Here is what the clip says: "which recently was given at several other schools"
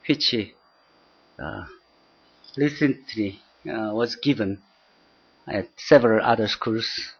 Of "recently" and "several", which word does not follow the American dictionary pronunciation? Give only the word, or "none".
recently